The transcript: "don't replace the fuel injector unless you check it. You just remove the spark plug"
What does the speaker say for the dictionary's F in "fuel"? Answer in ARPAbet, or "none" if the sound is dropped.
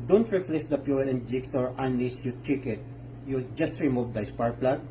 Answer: P